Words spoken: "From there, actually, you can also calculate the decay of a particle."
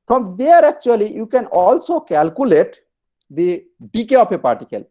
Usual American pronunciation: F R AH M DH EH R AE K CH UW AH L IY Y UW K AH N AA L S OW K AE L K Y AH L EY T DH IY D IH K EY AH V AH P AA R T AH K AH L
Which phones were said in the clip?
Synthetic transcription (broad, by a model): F R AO M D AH R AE K CH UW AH L IY Y UW K AH N AA L S OW K AE L K Y AH L EY T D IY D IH K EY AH P AH P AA R T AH K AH L